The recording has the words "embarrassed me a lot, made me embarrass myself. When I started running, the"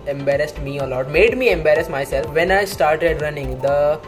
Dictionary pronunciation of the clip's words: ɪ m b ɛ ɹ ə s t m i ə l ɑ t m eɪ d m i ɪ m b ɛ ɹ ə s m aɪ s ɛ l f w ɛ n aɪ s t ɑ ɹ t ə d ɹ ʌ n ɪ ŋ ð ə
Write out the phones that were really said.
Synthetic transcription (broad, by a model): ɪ m b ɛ ɹ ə s t m i ə l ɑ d m eɪ d m i ɪ m b ɛ ɹ ə s m aɪ s ɛ l f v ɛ n aɪ s t ɑ ɹ t ə d ɹ ʌ n ɪ ŋ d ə